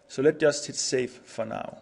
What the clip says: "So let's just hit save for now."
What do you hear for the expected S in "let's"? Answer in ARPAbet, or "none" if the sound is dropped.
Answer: none